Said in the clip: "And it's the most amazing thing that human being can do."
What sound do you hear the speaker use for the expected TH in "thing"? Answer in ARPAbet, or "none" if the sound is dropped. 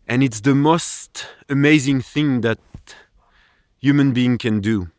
TH